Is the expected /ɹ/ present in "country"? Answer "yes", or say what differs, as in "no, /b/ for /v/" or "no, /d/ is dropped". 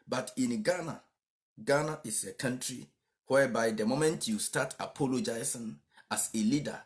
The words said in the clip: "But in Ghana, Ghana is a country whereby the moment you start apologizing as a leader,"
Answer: yes